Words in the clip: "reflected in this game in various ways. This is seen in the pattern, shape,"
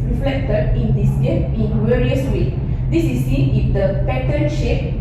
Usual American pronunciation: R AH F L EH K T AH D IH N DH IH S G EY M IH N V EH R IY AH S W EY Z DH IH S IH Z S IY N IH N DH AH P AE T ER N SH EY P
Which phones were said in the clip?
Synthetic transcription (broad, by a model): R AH F L EH K T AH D IH N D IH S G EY IH N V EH R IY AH S W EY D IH S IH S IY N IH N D AH P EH T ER N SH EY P